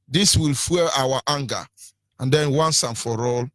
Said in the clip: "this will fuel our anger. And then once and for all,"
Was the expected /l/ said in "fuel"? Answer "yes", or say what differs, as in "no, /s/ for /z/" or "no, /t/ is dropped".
no, /w/ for /l/